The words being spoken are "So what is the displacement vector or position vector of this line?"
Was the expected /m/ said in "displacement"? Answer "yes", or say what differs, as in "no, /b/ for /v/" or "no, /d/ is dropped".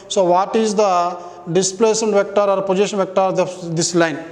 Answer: no, /m/ is dropped